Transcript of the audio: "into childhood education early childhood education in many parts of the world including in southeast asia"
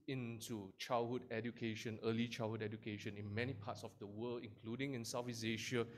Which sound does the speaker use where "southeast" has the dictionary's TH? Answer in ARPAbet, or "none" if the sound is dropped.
F